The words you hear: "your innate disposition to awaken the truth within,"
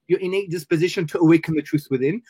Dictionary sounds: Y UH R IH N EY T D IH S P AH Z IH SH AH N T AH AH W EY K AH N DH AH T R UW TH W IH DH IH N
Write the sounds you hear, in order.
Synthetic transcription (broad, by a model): Y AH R IH N EY T D IH S P AH Z IH SH AH N T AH AH W EY K AH N DH AH T R UW TH W IH DH IH N